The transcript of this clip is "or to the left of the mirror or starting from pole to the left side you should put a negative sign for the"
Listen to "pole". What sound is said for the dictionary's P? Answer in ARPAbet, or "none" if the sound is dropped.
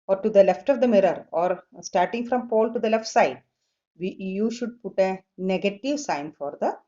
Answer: P